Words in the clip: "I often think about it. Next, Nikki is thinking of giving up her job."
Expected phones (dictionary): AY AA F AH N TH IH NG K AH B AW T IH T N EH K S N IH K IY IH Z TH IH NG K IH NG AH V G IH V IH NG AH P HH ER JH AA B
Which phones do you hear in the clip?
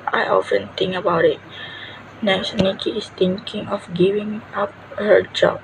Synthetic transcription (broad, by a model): AY AA F AH N T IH NG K AH B AW T IH T N EH K S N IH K IY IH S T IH NG K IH NG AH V G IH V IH NG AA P HH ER JH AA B